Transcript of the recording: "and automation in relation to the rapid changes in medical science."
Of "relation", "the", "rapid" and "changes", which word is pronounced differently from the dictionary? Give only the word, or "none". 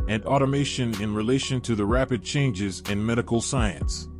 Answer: none